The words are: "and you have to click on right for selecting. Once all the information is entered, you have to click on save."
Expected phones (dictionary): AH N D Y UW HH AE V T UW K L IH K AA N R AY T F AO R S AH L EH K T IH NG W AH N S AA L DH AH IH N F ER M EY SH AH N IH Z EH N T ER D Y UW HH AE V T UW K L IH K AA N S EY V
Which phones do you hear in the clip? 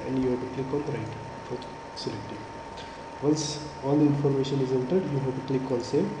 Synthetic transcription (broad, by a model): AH N D Y UW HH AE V T UW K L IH K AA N R AY T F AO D S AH L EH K T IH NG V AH L S AA L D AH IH N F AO M EY SH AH N IH Z EH N T ER D Y UW HH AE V T UW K L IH K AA L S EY